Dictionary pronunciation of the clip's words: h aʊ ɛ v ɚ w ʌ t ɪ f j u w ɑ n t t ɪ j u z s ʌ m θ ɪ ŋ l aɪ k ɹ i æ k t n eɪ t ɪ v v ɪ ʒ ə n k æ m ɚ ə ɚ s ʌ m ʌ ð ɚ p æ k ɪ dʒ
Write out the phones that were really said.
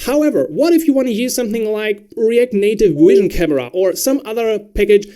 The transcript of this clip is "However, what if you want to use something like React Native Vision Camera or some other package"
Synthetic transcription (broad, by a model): h aʊ ɛ v ɚ w ʌ t ɪ f j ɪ w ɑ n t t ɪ j u z s ʌ m θ ɪ ŋ l aɪ k ɹ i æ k n eɪ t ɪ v w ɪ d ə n k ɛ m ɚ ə ɚ s ʌ m ʌ ð ɚ p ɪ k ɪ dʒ